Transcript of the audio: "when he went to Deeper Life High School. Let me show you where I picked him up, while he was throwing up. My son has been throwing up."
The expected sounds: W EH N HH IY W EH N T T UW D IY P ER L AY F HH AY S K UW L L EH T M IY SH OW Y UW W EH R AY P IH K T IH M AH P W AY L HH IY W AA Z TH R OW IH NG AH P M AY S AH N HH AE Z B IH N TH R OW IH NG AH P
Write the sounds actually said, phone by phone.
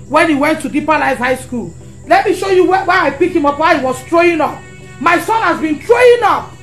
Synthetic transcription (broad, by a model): W EH N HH IY W EH N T T UW D IY P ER L AY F HH AY S K UW L L EH T M IY SH OW Y UW W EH W AY P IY K IH M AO P W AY HH IY W AA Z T R OW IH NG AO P M AY S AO N HH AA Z B IH N T R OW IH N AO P